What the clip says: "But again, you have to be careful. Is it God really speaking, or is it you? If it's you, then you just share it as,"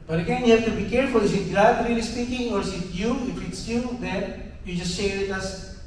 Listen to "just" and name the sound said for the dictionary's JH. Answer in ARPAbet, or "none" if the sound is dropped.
JH